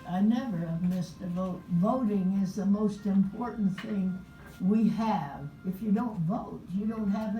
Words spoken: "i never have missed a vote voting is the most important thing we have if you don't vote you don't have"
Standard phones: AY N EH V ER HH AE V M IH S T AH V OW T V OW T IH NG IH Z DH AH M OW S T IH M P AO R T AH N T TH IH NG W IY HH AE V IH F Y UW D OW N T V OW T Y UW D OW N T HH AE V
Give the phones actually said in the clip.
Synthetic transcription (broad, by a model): AY N EH V ER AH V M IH S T AH V OW T V OW T IH NG IH Z DH AH M OW S T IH M P AO R T N TH IH NG W IY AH V IH F Y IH D OW N T V OW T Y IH D OW N T HH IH V